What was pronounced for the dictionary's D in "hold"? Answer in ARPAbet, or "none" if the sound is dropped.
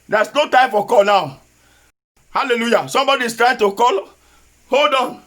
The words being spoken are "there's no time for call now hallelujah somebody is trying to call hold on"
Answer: D